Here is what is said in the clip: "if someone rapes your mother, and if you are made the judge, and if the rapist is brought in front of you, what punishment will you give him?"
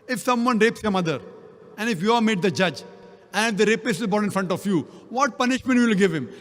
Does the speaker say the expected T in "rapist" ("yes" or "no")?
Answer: no